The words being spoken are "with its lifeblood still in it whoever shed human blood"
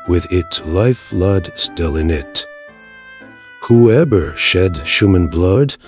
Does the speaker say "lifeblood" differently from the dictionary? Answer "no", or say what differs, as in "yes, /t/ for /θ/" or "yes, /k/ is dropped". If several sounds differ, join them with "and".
yes, /b/ is dropped